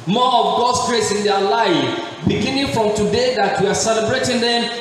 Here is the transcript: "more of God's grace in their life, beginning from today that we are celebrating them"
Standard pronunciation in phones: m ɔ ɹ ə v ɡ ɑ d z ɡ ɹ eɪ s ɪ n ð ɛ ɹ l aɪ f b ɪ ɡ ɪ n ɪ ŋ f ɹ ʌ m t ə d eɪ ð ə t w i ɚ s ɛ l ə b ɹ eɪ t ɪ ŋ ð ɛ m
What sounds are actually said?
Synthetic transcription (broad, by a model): m ɔ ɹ ə v ɡ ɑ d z ɡ ɹ eɪ s ɪ n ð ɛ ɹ l aɪ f b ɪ ɡ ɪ n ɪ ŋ f ɹ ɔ m t ə d eɪ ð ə t w i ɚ s ɛ l ə b ɹ eɪ t ɪ ŋ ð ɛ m